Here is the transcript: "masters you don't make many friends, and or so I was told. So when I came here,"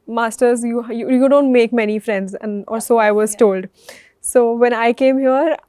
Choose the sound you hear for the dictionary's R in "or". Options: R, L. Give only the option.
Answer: L